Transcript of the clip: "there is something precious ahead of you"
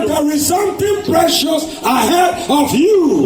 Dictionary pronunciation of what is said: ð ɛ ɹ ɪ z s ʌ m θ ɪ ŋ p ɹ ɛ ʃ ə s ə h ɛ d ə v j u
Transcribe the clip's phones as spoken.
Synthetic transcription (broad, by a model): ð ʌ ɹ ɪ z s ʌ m t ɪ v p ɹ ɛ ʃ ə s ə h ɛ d ə v j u